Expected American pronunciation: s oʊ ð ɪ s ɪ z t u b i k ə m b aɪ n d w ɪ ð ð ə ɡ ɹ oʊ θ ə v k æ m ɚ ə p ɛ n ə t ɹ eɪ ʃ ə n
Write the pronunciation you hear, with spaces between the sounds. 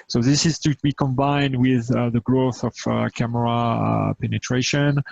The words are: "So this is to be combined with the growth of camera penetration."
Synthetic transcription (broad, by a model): s oʊ ð ɪ s ɪ z t u b i k ə m b aɪ n d w ɪ ð ð ə ɡ ɹ oʊ θ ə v k æ m ɚ ə p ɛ n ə t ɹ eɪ ʃ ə n